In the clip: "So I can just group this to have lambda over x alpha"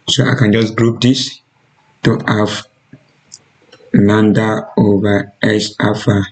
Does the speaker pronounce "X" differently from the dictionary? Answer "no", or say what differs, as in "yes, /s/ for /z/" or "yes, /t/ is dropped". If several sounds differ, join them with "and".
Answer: yes, /k/ is dropped